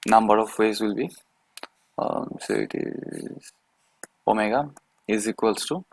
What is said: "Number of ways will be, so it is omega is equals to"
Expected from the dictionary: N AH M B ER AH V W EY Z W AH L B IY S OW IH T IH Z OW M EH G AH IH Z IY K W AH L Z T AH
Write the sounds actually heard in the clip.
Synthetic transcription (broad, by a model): N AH M B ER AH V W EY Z W AH L B IY S OW IH T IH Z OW M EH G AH IH Z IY K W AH L S T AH